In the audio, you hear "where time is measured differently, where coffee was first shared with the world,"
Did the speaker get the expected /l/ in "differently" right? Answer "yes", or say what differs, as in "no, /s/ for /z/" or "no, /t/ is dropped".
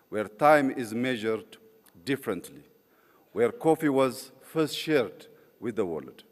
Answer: yes